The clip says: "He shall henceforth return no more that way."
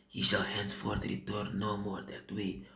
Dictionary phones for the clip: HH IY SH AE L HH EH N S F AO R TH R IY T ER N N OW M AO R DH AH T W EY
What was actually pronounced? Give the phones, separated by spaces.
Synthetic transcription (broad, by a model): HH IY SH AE L HH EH N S F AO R T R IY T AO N N OW M AO R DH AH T W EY